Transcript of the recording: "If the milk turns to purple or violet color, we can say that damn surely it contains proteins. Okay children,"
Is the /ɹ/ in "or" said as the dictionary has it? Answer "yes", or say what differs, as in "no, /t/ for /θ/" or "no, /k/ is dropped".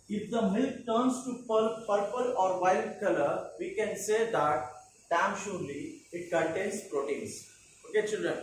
yes